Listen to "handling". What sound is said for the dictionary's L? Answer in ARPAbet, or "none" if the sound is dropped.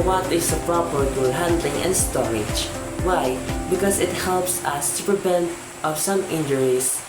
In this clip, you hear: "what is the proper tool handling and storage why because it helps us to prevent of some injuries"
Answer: L